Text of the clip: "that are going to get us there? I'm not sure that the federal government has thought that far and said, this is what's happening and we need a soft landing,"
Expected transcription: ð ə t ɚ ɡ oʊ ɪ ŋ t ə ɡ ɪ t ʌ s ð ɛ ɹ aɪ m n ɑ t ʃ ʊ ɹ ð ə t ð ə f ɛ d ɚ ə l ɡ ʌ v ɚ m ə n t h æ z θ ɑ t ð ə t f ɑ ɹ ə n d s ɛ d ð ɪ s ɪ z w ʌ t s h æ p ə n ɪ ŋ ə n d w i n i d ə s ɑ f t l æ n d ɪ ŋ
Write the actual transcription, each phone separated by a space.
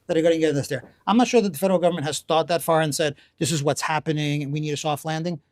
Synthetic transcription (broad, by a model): ð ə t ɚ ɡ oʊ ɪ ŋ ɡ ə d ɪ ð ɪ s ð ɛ ɹ aɪ m n ɑ t ʃ ʊ ɹ ð ə t ð ə f ɛ d ɚ l ɡ ʌ v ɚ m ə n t h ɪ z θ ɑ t ð ə t f ɑ ɹ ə n s ɛ d ð ɪ s ɪ z w ʌ t s h æ p ə n ɪ ŋ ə n w i n i d ə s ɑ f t l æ n d ɪ ŋ